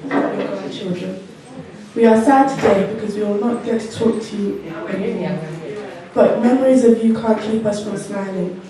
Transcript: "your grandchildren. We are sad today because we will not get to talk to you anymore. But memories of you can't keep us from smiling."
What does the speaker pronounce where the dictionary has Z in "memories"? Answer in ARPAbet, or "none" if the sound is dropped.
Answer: Z